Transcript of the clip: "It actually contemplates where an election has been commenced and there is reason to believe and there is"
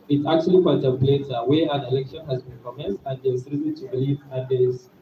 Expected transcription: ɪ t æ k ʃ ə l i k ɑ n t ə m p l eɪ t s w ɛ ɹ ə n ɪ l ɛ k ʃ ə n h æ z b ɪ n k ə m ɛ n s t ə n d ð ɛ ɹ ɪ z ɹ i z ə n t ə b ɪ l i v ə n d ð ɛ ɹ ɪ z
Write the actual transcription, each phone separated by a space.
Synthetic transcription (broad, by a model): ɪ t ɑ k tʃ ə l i k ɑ n t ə m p l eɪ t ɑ w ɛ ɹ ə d ɪ l ɛ k ʃ ə n h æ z b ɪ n k ə m ɛ n s t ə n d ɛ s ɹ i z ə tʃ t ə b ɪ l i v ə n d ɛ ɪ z